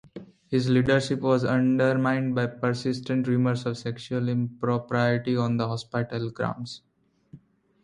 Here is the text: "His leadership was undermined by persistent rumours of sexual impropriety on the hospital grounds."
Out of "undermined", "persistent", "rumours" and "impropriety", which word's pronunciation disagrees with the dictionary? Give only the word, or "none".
rumours